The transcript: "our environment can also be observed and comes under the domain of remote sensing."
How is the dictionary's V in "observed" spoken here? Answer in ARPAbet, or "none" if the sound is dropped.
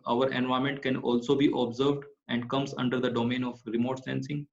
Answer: V